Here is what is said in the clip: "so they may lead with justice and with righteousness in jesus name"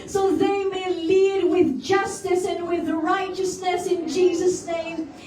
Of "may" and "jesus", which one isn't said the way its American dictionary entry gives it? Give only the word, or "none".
none